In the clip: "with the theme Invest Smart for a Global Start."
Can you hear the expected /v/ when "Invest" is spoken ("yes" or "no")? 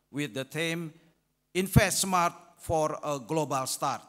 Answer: no